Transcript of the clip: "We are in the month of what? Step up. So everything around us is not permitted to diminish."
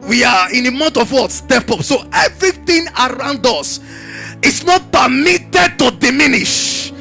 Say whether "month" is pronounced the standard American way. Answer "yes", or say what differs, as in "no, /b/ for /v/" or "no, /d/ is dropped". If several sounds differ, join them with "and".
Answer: no, /t/ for /θ/